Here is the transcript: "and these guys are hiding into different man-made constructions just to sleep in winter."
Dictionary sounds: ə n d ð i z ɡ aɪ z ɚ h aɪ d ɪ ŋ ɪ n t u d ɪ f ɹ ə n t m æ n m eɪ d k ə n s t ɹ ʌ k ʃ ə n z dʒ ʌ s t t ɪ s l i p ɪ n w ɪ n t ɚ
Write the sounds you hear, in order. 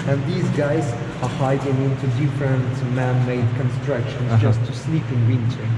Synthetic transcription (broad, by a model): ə n ð i z ɡ aɪ z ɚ h aɪ d ɪ ŋ ɪ n t u d ɪ f ɹ ə n t m æ n m eɪ d k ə n s t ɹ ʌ k ʃ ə n dʒ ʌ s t t ɪ s l i p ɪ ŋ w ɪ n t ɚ